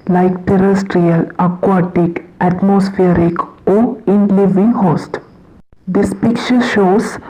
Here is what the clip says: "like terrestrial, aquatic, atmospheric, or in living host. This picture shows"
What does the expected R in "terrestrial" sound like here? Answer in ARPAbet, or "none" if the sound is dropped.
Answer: R